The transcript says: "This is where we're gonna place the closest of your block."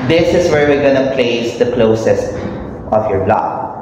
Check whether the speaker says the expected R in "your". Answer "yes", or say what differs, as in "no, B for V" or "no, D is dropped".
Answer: yes